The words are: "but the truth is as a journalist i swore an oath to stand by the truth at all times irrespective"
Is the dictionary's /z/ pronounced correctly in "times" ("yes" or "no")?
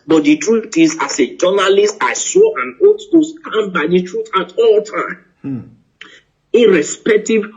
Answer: no